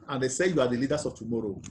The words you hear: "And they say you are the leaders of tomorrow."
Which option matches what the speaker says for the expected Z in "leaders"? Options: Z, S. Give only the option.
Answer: S